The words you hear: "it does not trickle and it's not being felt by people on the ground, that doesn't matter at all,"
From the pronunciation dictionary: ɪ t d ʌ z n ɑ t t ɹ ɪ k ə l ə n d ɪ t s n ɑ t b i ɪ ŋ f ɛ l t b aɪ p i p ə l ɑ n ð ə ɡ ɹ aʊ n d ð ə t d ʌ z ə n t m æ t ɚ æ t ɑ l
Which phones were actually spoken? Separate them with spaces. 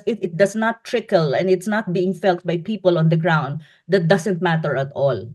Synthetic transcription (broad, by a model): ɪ t d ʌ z n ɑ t t ɹ ɪ k ə l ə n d ɪ t s n ɑ t b i ɪ ŋ f ɛ l t b aɪ p i p ə l ɑ n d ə ɡ ɹ aʊ n d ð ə t d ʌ s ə n t m æ t ɚ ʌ t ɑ l